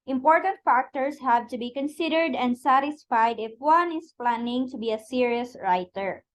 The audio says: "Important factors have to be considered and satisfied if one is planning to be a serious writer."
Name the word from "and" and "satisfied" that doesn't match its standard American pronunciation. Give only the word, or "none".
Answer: none